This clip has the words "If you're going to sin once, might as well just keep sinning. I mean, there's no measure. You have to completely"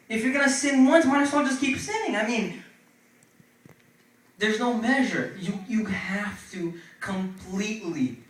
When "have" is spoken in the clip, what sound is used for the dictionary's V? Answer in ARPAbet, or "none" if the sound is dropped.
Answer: F